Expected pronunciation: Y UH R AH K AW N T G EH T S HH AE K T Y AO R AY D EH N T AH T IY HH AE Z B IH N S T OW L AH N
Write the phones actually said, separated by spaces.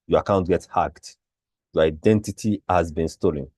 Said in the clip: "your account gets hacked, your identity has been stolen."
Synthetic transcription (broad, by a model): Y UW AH K AW N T G EH T HH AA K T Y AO AY D EH N T AH T IY HH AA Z B IH N S T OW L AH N